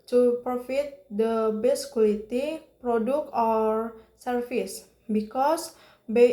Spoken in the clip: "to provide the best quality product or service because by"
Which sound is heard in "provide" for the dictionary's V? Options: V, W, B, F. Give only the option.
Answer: F